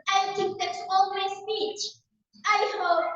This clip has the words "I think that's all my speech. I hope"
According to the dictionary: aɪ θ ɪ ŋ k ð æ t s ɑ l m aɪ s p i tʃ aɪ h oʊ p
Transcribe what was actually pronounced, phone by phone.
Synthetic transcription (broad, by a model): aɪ t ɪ k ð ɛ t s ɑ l m aɪ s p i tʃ aɪ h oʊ